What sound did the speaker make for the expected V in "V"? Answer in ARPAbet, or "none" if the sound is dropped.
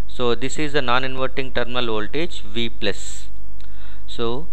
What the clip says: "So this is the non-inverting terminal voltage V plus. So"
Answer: V